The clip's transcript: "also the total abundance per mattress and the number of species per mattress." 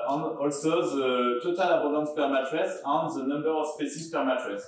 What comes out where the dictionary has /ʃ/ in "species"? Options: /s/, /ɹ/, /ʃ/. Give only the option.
/s/